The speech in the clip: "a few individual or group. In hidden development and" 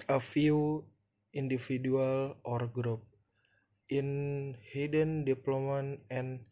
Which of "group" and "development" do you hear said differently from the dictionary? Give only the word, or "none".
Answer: development